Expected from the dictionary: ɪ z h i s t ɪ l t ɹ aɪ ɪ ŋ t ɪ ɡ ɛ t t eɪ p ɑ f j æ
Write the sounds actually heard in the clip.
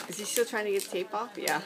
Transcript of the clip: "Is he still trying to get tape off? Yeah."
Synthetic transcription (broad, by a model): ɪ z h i s t ɪ l t ɹ aɪ ɪ ŋ t ɪ ɡ ɛ t t eɪ p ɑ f j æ